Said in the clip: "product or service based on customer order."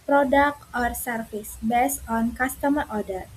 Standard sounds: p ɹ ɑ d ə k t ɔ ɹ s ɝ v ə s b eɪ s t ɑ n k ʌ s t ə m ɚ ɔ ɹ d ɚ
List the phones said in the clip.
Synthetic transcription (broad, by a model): p ɹ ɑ d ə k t ɔ ɹ s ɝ f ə s b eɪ s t ɑ n k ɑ s t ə m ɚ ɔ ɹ d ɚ